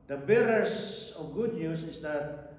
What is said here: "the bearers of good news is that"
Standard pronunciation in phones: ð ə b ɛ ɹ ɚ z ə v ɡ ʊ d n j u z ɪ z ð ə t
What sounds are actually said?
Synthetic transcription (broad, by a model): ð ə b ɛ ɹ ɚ s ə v ɡ ʊ d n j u s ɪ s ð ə t